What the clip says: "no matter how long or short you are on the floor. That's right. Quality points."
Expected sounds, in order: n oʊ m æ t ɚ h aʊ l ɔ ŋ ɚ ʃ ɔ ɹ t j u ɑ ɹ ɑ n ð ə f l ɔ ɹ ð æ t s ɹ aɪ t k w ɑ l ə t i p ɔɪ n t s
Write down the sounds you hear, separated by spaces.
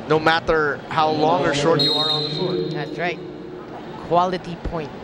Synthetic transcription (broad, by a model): n oʊ m æ t ɚ h aʊ l ɔ ŋ ɚ ʃ ɔ ɹ t j u ɑ ɹ ɑ n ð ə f u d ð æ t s ɹ aɪ t k w ɑ l ə t i p ɔɪ n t